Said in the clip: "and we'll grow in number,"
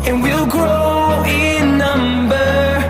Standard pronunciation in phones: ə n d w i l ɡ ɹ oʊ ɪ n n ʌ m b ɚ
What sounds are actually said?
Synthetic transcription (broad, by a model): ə n w i l ɡ ɹ oʊ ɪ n n ʌ m b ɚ